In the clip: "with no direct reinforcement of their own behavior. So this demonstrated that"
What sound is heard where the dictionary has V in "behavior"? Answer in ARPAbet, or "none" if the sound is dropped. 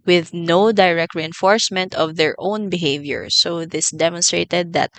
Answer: V